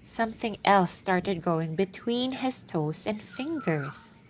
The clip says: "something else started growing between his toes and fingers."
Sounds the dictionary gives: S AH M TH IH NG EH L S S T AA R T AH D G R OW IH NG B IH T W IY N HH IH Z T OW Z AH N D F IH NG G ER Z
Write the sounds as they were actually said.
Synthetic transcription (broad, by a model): S AH M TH IH NG EH L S S T AA R T AH D G OW IH NG B IH T W IY N HH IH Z T OW S AH N D F IH NG G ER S